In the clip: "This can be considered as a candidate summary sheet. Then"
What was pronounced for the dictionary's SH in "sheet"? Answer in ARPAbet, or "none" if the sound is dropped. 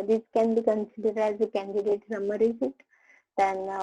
S